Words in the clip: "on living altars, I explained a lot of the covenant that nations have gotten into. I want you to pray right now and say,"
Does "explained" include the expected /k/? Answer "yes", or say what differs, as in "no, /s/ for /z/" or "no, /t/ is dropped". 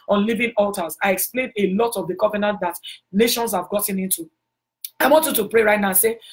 yes